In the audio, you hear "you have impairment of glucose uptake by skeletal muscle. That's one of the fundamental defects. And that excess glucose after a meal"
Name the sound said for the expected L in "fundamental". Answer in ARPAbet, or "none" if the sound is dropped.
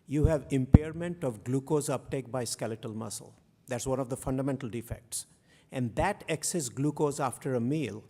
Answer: L